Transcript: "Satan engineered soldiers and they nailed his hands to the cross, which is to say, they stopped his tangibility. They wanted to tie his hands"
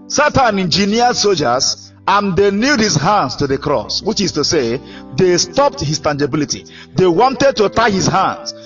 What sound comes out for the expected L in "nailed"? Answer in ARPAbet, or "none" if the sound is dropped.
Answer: none